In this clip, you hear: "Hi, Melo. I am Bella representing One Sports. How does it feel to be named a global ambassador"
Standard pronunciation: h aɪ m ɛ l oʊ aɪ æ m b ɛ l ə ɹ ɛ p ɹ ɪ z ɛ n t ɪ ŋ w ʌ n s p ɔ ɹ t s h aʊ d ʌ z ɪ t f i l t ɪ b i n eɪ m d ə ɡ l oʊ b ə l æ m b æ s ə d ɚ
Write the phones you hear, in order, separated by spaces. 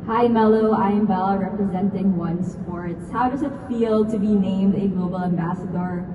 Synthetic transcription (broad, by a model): h aɪ m ɛ l oʊ aɪ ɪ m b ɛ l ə ɹ ɛ p ɹ ɪ z ɛ n t ɪ ŋ w ʌ n s p ɔ ɹ t s h aʊ d ʌ z ɪ t f i l t ɪ b i n eɪ m d ə ɡ l oʊ b ə l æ m b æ s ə d ɚ